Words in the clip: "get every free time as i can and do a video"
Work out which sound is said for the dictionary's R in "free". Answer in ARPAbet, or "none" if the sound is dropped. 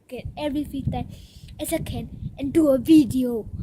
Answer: none